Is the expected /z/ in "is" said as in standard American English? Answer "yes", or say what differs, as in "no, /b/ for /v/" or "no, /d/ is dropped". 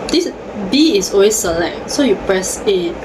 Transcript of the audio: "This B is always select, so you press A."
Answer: no, /s/ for /z/